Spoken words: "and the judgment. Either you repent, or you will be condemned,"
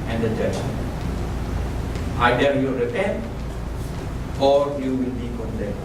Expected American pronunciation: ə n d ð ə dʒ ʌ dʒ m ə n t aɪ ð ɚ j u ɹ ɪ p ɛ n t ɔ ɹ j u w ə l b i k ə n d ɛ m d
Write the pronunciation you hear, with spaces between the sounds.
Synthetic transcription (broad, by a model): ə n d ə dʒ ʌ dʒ ə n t aɪ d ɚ j u ɹ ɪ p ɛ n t ɔ ɹ j u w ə l b i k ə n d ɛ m